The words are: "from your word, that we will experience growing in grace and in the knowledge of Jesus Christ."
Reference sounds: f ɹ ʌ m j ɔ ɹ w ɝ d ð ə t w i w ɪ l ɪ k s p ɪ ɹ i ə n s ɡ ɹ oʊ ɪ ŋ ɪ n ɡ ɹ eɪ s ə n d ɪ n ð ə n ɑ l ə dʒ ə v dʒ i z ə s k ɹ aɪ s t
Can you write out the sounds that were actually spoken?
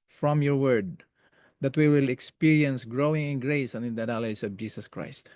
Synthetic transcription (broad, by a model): f ɹ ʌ m j ɔ ɹ w ɝ d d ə t w i w ɪ l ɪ k s p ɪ ɹ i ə n s ɡ ɹ oʊ ɪ ŋ ɪ n ɡ ɹ eɪ s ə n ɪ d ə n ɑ l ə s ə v dʒ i s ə s k ɹ aɪ s t